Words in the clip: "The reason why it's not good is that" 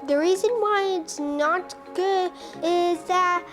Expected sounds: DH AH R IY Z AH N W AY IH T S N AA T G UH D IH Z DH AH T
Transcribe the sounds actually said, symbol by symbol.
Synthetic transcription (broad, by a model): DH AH R IY Z AH N W AY IH T S N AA T G UH D IH Z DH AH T